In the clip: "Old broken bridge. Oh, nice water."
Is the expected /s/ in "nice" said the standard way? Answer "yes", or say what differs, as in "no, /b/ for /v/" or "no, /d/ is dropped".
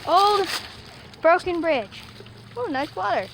yes